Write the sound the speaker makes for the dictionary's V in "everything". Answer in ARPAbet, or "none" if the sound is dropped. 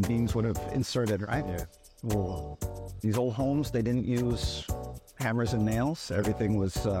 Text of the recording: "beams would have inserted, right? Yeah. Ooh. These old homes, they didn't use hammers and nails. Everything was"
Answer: V